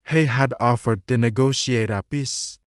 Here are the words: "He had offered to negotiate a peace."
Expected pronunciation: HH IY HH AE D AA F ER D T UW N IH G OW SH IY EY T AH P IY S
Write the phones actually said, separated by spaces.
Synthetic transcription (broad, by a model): HH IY HH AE D AA F ER D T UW N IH G OW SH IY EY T AH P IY S